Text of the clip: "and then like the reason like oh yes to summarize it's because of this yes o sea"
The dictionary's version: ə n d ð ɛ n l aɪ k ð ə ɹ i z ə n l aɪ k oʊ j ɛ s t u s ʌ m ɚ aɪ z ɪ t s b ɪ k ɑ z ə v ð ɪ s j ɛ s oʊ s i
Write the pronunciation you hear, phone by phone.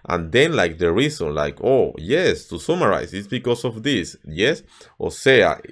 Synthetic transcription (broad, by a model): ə n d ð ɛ n l aɪ k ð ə ɹ i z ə n l aɪ k oʊ j ɛ s t u s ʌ m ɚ aɪ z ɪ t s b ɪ k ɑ s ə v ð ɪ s j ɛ s oʊ s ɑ